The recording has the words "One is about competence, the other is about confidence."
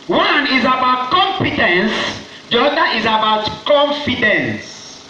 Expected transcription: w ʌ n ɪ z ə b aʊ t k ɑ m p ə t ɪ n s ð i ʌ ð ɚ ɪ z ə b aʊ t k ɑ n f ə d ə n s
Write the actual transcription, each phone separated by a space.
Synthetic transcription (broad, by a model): w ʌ n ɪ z ə b aʊ t k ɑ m f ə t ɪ n s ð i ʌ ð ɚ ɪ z ə b aʊ t k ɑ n f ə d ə n s